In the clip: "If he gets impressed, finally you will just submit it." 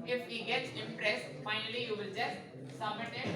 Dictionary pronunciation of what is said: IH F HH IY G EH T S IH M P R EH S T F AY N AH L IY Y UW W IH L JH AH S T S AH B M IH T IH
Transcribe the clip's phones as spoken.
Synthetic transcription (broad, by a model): IH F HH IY G EH T S IH M P R EH S T F AY N AH L IY Y UW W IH L JH AH S T S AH M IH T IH